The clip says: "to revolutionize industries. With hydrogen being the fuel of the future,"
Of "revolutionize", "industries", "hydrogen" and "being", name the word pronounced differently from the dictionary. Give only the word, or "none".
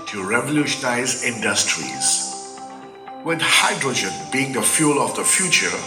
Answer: none